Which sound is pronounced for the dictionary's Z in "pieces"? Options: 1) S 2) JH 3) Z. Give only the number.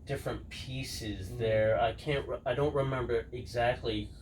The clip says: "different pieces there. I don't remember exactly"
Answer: 3